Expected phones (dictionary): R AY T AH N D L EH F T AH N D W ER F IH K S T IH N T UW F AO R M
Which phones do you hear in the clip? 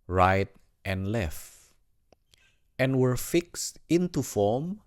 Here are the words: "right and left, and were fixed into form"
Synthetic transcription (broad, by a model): R AY T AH N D L EH F T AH N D W ER F IH K S T IH N T UW F AO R M